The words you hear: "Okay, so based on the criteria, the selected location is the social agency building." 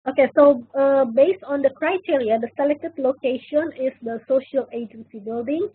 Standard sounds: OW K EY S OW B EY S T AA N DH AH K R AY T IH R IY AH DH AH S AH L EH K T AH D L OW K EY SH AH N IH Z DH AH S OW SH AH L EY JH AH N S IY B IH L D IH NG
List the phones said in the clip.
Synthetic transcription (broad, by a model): OW K EY S OW B EY S T AA N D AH K R AY T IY R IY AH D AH S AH L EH K T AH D L OW K EY SH AH N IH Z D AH S OW SH AH L EY JH AH N S IY B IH L D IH NG